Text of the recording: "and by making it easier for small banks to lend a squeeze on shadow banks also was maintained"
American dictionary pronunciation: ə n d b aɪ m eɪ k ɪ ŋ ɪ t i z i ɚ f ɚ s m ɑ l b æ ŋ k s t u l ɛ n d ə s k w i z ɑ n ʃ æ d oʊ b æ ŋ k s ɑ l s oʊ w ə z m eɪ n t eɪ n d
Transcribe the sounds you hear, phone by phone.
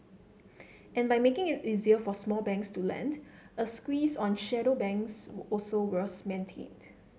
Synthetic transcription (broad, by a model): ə n b aɪ m eɪ k ɪ ŋ ɪ t i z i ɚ f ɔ s m ɑ l b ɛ ŋ k s t u l ɛ n d ə s k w i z ɑ n ʃ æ d oʊ b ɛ ŋ k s ɑ l s oʊ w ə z m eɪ n t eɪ n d